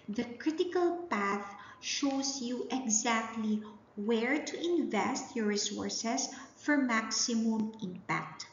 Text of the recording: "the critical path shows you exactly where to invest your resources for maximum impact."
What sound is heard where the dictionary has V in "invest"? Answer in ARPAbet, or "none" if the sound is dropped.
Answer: V